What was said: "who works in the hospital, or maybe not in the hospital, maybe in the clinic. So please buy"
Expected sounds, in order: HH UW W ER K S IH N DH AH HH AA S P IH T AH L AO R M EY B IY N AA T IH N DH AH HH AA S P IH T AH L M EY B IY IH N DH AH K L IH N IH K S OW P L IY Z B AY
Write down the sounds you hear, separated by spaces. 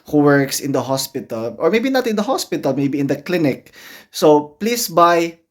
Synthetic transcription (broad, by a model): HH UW W ER K S IH N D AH HH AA S P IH T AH L AO R M EY B IY N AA T IH N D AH HH AA S P IH T AH L M EY B IY IH N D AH K L IH N IH K S OW P L IY S B AY